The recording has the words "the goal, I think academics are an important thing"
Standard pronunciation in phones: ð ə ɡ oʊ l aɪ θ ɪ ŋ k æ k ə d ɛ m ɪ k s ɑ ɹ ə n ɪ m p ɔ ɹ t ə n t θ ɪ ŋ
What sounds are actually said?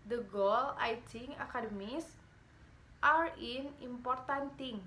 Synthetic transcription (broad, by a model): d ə ɡ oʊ l aɪ t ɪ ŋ ɑ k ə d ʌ m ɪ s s ɑ ɹ ə n ɪ m p ɔ ɹ t ə n t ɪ ŋ